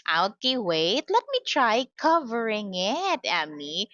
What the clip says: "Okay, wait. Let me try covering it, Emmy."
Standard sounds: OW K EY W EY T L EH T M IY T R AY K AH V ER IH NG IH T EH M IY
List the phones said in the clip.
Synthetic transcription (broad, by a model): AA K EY W EY T L EH T M IY T R AY K AH V ER IH NG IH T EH M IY